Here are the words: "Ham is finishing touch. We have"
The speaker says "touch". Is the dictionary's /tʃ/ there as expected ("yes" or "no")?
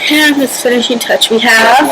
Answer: yes